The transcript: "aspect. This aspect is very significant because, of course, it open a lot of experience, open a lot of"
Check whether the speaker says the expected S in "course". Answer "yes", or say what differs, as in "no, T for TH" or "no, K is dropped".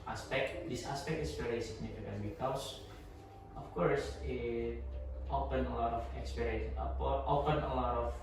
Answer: yes